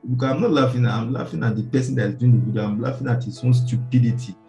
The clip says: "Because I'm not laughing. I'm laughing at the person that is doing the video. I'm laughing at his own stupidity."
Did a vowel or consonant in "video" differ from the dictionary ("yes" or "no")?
yes